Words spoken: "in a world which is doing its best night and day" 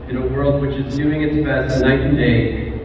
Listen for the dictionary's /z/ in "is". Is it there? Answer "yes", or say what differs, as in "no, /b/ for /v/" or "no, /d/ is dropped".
yes